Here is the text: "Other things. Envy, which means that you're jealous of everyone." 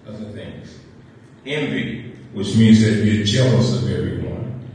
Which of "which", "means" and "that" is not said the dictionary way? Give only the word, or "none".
none